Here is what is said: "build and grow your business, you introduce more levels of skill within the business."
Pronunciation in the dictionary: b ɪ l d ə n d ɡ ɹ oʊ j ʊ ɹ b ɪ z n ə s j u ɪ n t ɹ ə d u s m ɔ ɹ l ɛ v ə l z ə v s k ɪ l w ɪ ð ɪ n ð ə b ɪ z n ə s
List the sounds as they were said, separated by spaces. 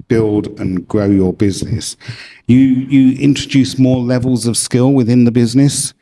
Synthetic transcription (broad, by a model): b ɪ l d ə n ɡ ɹ oʊ j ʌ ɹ b ɪ z n ə s j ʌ ɪ n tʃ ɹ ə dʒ u s m ɔ l ɛ v ə l z ə v s k ɪ l w ɪ ð ɪ n ð ə b ɪ z n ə s